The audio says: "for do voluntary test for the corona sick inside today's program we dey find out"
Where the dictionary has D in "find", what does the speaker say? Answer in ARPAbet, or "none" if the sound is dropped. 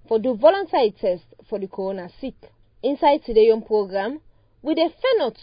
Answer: none